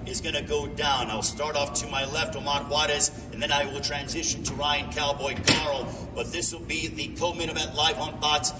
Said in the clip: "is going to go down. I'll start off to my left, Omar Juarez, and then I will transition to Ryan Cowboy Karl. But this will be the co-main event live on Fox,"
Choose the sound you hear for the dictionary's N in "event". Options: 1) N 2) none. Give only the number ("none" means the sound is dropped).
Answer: 2